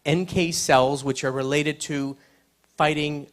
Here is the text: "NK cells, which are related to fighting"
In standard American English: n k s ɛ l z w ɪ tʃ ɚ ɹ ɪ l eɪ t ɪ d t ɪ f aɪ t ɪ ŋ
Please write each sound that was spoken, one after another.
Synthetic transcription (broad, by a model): n k s ɛ l z w ɪ tʃ ɚ ɹ ɪ l eɪ t ɪ d t ɪ f aɪ t ɪ ŋ